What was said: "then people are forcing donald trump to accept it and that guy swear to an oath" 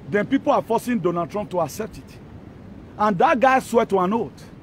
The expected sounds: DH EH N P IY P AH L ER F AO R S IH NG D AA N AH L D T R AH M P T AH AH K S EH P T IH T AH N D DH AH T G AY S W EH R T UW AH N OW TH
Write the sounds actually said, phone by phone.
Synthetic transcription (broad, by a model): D EH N P IY P AH L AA F AO S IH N D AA N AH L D T R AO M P T AH AH K S EH P T IH T AH N D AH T G AY S W EH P T UW AH N OW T